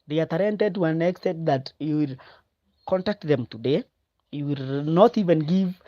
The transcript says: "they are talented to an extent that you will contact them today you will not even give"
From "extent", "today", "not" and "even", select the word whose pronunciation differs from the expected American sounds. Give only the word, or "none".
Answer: extent